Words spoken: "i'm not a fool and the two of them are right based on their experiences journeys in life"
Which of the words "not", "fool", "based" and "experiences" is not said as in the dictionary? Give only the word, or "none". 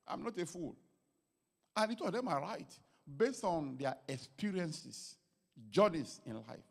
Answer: experiences